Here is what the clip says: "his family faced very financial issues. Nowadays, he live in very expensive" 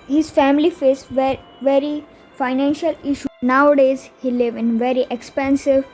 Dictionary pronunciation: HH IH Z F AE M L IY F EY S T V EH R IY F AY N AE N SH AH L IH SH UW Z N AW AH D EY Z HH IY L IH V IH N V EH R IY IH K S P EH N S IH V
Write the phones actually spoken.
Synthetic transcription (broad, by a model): HH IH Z F AE M L IY F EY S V V EH R IY F AY N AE N SH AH L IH SH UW N AW AH D EY Z HH IY L IH V IH N V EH R IY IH K S P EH N S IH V